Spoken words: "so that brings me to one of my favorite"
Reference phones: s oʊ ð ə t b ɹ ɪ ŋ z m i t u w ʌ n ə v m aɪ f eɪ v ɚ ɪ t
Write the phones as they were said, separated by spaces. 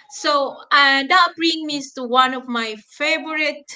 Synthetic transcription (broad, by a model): s oʊ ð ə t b ɹ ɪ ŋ m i t u w ʌ n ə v m aɪ f eɪ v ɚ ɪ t